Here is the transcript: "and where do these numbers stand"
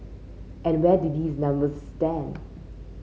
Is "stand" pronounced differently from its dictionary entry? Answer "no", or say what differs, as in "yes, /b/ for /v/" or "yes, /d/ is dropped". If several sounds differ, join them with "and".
no